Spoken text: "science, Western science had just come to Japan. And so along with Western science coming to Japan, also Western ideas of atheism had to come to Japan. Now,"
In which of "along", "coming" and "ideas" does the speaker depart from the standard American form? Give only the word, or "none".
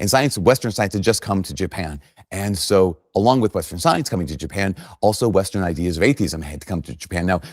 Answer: none